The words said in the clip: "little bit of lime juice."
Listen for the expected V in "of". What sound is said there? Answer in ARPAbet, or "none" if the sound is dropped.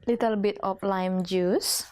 P